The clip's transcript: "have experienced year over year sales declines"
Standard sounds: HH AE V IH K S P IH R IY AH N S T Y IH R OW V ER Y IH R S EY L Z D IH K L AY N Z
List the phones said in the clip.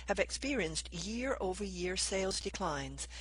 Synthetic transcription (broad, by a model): HH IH V IH K S P IH R IY AH N S T Y IH R OW V ER Y IH R S EY L Z D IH K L AY N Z